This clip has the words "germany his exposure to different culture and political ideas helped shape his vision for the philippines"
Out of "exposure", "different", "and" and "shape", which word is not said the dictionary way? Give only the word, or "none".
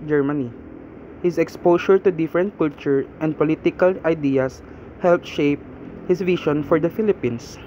exposure